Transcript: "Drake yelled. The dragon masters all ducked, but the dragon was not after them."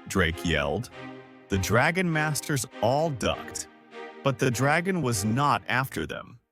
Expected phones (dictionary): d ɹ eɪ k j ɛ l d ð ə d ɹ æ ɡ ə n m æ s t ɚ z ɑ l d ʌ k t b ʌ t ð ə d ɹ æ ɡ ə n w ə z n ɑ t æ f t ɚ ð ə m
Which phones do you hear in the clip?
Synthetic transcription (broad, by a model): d ɹ eɪ k j ɛ l d ð ə d ɹ æ ɡ ə n m æ s t ɚ z ɑ l d ʌ k t b ʌ t ð ə d ɹ æ ɡ ə n w ə z n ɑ t æ f t ɚ ð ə m